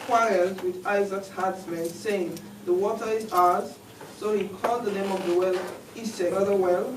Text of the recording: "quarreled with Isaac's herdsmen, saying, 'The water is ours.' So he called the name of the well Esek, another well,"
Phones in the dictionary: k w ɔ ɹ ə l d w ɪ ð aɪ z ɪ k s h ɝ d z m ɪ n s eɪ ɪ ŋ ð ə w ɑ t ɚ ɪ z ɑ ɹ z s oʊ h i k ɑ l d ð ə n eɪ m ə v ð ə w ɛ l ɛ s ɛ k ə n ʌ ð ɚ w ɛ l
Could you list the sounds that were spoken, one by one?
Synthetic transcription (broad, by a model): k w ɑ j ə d w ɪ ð aɪ z ɪ k s h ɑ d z m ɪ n s eɪ ɪ ŋ ð ə w ɑ t ɚ ɪ z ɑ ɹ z s oʊ h i k ɑ l d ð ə n eɪ m ə v ð ə w ɛ l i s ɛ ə ʌ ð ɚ w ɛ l